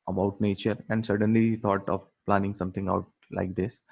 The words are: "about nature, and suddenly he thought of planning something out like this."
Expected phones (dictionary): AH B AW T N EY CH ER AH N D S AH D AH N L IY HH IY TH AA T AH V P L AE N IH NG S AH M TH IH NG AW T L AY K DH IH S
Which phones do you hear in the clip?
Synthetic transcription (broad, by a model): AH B AW T N EY CH ER AH N D S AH D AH N L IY IY T AA T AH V P L AE N IH NG S AH M T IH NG AW T L AY K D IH S